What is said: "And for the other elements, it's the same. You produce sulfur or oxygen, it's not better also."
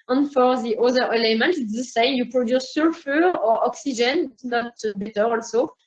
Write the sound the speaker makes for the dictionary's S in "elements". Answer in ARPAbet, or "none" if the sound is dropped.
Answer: none